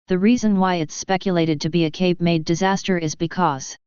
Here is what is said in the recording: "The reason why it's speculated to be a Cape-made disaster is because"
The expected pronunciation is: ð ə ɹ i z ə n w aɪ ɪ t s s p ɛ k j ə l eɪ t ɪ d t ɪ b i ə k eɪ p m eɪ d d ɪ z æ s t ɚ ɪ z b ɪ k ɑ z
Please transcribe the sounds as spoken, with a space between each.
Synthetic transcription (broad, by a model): ð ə ɹ i z ə n w aɪ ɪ t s s p ɛ k j ə l eɪ t ɪ d t ɪ b i ə k eɪ p m eɪ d d ɪ z æ s t ɚ ɪ z b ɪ k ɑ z